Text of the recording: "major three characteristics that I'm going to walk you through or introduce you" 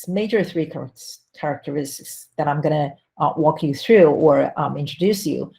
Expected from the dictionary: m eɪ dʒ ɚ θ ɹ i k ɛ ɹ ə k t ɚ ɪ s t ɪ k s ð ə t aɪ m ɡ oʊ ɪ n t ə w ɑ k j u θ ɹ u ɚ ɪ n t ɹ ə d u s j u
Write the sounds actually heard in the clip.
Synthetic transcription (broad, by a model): m eɪ dʒ ɚ θ ɹ i k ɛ ɹ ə k t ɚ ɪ s t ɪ k s ð ə t aɪ m ɡ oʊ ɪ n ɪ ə w ɑ k j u θ ɹ u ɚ ɪ n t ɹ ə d u s j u